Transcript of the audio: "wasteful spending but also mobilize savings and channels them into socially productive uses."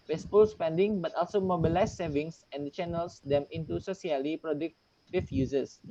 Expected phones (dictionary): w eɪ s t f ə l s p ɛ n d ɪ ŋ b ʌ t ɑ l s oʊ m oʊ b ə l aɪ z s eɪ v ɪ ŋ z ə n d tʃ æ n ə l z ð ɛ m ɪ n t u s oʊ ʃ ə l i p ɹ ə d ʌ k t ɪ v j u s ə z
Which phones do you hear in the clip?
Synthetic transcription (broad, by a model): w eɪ s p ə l s p ɛ n d ɪ ŋ b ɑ t ɑ l s oʊ m oʊ b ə l aɪ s s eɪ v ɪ ŋ s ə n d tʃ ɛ n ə l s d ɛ m ɪ n t u s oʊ s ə l i p ɹ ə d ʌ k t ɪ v j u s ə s